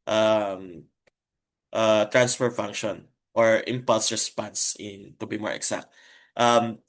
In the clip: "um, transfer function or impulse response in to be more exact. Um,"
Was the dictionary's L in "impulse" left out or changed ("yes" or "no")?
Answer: no